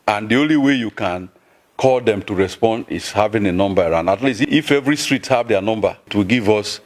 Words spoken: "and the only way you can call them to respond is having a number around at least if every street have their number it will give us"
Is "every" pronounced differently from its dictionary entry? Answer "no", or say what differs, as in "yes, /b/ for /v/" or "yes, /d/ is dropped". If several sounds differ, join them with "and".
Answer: no